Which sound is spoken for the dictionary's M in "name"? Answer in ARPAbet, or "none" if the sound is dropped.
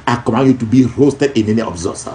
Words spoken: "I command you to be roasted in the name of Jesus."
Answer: none